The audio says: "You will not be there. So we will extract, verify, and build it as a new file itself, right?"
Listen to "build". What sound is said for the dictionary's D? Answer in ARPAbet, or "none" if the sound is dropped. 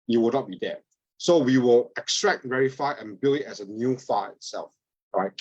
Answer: none